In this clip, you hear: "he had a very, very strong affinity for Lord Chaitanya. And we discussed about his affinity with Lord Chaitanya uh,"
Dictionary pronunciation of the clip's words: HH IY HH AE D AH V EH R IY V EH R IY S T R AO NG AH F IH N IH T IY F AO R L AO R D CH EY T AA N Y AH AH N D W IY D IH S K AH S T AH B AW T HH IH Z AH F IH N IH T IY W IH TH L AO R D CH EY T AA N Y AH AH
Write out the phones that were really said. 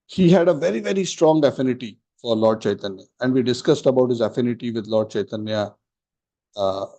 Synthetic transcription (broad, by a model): HH IY HH AE D AH V EH R IY V EH R IY S T R AO NG AH F IH N IH T IY F AO R L AO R D CH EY T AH N Y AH AH N D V IY D IH S K AH S T AH B AW T HH IH Z AH F IH N IH T IY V IH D L AO R D CH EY T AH N Y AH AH